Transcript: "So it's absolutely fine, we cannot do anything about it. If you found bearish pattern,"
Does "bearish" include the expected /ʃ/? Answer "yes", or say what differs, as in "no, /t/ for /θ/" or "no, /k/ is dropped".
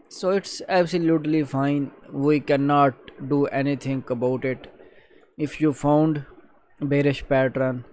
yes